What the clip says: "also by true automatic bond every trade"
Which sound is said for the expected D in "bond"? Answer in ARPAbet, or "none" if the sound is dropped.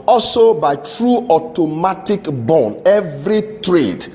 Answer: none